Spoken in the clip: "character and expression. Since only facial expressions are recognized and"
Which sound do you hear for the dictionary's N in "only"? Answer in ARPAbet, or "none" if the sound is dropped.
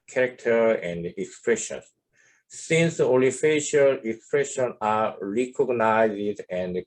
none